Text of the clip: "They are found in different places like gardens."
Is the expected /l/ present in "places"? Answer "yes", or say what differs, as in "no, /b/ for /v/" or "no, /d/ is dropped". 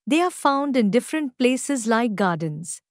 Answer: yes